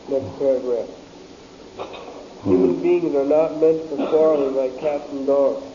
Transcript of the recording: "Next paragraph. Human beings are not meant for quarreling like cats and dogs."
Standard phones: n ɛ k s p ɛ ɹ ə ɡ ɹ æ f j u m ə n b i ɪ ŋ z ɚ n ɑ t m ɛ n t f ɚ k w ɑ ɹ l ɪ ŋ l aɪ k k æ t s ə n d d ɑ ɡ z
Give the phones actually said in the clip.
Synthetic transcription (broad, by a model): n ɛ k s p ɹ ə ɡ ɹ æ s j u m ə n b i ɪ ŋ z ɚ n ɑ t m ɛ n t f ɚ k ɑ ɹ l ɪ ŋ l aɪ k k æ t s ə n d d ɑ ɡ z